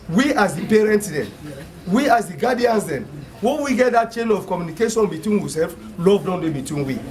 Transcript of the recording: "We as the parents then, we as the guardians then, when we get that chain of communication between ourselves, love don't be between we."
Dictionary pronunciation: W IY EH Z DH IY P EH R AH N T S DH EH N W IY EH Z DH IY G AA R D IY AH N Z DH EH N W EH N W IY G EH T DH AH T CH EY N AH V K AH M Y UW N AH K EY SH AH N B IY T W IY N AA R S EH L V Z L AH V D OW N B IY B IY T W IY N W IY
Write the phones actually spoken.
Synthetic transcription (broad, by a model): W IY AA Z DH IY P EH R AH N T S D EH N W IY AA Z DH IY G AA D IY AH N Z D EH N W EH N W IY G EH T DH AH T CH EY N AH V K AH M Y UW N AH K EY SH AH N B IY T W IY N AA S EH L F L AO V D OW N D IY B IY T W IY N W IY